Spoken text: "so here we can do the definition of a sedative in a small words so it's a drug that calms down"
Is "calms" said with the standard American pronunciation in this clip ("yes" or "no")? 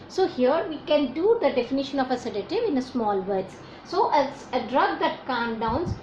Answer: no